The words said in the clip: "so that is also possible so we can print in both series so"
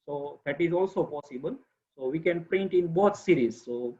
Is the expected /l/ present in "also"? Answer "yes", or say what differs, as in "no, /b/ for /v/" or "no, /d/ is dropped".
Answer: yes